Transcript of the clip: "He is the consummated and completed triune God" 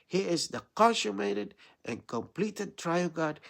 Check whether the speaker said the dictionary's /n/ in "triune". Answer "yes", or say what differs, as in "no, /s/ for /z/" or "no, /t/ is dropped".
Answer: no, /l/ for /n/